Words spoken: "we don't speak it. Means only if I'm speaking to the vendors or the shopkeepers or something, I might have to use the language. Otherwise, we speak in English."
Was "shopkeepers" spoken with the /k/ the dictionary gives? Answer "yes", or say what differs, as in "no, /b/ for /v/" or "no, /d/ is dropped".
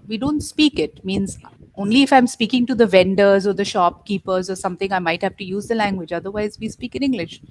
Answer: yes